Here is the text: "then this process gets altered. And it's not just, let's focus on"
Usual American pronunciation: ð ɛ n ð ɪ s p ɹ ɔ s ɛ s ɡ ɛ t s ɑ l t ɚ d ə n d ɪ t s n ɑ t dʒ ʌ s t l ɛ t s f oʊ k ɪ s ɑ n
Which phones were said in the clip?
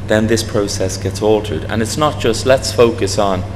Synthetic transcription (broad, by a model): ð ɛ n ð ɪ s p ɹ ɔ s ɛ s ɡ ɛ t s ɑ l t ɚ d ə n ɪ t s n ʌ t dʒ ʌ s t l ɛ t s f oʊ k ɪ s n